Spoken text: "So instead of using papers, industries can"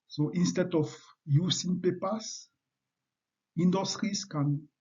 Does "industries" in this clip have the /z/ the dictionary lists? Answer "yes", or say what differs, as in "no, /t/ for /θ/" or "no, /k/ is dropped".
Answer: no, /s/ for /z/